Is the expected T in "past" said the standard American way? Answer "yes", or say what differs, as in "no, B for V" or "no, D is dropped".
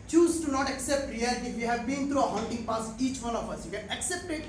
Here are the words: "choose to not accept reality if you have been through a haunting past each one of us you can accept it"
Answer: no, T is dropped